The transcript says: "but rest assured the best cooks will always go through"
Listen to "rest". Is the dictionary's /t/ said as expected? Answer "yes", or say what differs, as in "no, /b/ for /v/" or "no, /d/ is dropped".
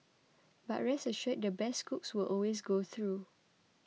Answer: no, /t/ is dropped